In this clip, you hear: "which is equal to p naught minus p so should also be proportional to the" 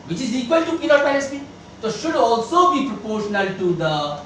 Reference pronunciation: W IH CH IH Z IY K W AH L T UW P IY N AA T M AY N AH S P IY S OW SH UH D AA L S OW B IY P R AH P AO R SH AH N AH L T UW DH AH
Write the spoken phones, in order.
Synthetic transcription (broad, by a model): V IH CH IH Z IY K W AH L T UW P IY L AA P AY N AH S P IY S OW SH UH D AA L S OW B IY P R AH P AO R SH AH N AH L T UW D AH